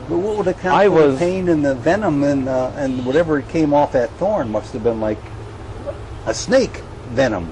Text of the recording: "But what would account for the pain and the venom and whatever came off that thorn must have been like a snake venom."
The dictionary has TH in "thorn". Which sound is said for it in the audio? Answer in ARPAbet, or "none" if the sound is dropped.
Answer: TH